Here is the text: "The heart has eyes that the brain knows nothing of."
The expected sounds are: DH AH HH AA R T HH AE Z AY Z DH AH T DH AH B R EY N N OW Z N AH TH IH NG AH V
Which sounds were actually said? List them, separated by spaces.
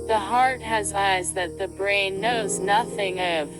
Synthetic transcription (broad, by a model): DH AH HH AA R T HH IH Z AY Z DH AH T DH AH B R EY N N OW Z N AH TH IH NG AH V